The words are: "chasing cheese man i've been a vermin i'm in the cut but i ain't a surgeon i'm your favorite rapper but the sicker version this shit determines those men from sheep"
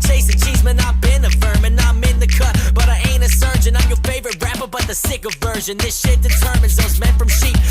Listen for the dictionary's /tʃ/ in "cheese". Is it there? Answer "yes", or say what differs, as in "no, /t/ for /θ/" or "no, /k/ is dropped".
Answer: yes